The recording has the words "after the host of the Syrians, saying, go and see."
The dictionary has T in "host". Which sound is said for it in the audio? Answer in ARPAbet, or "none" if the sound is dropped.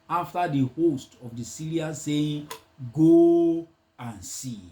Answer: T